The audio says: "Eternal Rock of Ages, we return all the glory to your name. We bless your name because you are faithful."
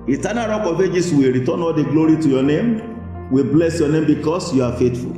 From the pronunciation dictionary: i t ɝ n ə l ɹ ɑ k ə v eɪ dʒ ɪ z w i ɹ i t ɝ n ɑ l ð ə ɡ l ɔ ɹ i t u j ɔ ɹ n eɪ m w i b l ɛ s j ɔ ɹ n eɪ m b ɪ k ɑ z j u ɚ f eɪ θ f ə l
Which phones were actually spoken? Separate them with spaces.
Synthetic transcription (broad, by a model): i t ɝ n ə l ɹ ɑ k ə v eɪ dʒ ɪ s w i ɹ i t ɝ n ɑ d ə ɡ l ɔ ɹ i t u j ɔ n eɪ m w i b l ɛ s j ɔ n eɪ m b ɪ k ɑ s j u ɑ f eɪ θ f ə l